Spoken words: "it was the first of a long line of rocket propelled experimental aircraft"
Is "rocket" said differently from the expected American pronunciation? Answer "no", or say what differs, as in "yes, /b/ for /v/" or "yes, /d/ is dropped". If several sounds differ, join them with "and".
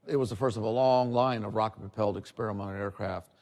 no